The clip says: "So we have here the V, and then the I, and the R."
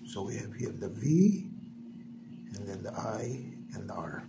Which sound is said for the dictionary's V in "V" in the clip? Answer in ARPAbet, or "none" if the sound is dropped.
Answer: V